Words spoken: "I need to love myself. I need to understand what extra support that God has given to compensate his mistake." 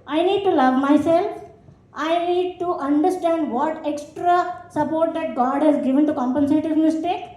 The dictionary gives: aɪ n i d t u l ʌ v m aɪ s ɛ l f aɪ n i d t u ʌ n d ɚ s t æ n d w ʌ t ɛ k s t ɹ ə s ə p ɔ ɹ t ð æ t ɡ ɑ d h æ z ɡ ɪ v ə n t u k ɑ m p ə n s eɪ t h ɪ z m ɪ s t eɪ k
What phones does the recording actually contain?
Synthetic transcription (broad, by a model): aɪ n i d t u l ʌ v m aɪ s ɛ l f aɪ n i d t u ʌ n d ɚ s t æ n d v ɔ t ɛ k s t ɹ ə s ə p ɔ ɹ t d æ t ɡ ɑ d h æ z ɡ ɪ v ə n t u k ɑ m p ə n s eɪ t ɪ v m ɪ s t eɪ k